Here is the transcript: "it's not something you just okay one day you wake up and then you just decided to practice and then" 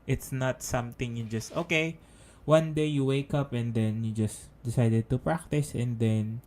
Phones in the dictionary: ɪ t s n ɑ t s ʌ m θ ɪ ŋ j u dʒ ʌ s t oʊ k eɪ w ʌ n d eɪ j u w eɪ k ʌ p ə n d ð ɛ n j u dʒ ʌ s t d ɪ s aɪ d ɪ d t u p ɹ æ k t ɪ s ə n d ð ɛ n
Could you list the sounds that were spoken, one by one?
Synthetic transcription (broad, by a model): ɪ t s n ɑ t s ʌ m t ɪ ŋ j u dʒ ʌ s t oʊ k eɪ w ʌ n d eɪ j u w eɪ k ʌ p ə n d ɛ n j u dʒ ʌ s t d ɪ s aɪ d ɪ d t u p ɹ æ k t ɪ s ə n d ɛ n